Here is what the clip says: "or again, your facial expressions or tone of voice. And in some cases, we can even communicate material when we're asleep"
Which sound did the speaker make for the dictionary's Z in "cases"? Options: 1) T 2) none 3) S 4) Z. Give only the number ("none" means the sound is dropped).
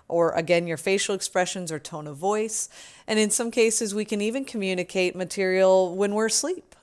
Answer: 4